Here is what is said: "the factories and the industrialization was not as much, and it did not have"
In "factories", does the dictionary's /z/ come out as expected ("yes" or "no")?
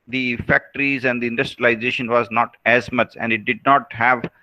yes